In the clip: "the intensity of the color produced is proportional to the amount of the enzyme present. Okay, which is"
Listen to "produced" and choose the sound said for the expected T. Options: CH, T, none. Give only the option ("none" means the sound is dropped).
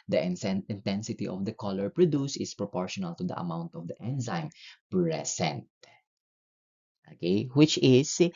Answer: none